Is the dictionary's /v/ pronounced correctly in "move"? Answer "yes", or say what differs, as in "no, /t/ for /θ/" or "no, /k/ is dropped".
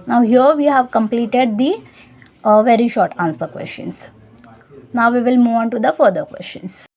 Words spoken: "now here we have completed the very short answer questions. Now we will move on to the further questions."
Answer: yes